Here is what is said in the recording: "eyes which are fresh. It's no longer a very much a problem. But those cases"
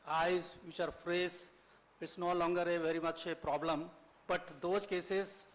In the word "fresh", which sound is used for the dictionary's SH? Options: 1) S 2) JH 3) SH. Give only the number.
1